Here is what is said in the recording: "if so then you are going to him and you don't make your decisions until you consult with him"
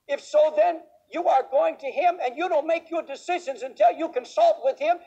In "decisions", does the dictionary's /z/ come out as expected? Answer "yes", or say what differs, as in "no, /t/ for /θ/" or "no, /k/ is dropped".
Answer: yes